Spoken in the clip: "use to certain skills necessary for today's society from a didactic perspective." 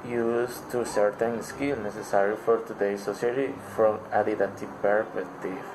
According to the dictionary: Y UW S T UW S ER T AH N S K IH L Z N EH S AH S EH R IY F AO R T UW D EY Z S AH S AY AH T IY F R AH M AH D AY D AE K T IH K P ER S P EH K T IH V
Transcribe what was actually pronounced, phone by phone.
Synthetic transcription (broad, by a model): Y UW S T UW S ER T AH N S K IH L N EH S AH S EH R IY F AO R T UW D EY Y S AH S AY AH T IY F R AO M AH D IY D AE T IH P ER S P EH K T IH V